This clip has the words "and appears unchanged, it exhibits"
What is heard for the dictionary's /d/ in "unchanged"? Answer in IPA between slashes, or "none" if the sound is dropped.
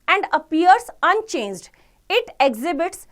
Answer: /d/